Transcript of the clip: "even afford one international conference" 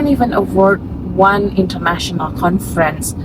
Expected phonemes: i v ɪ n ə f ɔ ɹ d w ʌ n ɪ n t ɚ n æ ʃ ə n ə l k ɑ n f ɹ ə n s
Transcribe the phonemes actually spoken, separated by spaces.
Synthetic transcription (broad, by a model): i v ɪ n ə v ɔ ɹ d w ʌ n ɪ n t ɚ n æ ʃ ə n ə l k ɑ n f ɹ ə n s